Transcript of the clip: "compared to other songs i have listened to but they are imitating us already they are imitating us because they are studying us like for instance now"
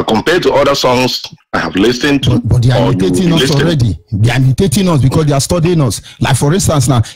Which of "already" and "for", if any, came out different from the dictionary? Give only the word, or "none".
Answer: none